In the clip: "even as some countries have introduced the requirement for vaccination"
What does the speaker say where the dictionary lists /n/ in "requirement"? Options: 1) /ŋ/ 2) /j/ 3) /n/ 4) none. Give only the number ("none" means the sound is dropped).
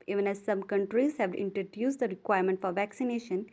3